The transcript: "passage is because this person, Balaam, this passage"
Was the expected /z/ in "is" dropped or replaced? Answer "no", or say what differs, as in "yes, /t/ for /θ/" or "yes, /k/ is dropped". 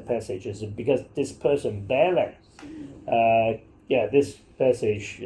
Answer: no